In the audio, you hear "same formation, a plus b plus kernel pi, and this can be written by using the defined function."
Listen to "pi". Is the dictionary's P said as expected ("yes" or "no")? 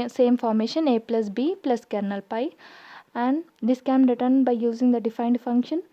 yes